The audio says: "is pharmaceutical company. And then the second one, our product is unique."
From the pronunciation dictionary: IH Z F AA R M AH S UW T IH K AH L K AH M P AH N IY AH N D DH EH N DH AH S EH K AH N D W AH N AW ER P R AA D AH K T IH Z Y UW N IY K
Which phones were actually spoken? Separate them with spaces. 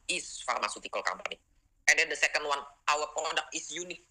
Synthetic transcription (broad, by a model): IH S F AA R M AH S UW T IH K AH L K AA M B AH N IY AH N D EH N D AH S EH K AH N D W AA N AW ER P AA D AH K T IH S Y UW N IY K